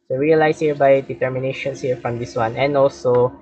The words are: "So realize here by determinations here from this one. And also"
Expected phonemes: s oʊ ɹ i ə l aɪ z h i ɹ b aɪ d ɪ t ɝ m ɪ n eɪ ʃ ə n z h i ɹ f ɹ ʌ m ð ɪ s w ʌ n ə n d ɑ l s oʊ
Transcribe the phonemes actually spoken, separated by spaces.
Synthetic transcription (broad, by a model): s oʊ ɹ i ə l aɪ s h i ɹ b aɪ d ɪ t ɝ m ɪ n eɪ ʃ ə n s h i ɹ f ɹ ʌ m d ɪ s w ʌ n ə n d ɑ l s oʊ